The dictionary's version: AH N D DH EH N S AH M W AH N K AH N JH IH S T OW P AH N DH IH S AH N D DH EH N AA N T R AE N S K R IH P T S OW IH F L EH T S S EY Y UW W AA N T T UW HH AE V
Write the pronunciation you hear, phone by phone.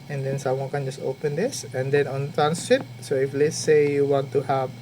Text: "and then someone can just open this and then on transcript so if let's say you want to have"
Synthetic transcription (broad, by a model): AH N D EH N S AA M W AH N K AH N JH IH S T OW P AH N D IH S AH N D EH N AA N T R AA N S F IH T S OW IH F L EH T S S EY Y UW W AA N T T UW HH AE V